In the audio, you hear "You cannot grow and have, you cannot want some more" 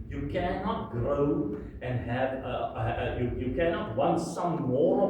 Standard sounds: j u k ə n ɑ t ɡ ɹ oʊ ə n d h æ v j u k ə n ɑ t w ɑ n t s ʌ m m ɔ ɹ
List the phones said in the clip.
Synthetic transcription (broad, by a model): j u k ə n ɑ t ɡ ɹ oʊ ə n h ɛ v j u k ə n ɑ t w ɑ n t s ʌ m m ɔ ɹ